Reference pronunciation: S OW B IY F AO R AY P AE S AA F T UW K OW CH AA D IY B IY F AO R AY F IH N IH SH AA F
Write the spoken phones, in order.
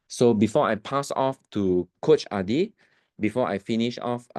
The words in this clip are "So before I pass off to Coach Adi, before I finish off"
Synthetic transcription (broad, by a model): S OW B IY F AO AY P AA S AA F T UW K OW CH AA D IY B IY F AO AY F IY N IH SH AA F